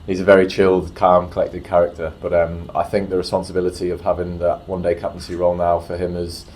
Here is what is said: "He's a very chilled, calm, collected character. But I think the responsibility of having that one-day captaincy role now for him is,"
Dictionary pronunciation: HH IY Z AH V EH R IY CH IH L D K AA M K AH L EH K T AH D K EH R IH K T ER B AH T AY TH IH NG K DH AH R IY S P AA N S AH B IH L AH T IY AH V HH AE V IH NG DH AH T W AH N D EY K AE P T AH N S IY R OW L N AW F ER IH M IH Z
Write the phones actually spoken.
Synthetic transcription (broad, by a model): HH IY Z AH V EH R IY CH IH L D K AA M K AH L EH K T AH D K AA R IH K T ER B AH T AY TH IH NG K DH AH R IY S P AA N S AH B IH L AH T IY AH V HH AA V IH NG DH AH T W AH N D EY K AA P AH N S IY R OW L N AW F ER IH M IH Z